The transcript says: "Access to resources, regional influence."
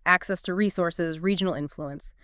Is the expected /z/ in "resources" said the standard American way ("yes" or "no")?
yes